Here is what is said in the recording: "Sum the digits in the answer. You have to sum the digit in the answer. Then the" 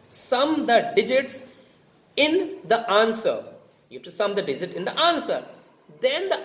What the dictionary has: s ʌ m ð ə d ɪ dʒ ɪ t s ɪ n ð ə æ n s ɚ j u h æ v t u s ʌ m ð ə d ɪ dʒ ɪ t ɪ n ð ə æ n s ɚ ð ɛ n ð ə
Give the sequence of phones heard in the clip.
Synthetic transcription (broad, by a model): s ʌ m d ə d ɪ dʒ ɪ t s ɪ n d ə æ n s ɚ j u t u s ʌ m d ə d ɪ dʒ ɪ t ɪ n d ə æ n s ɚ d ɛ n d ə